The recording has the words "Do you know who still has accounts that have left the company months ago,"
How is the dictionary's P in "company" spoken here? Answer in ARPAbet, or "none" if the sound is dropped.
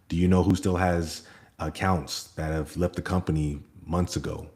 P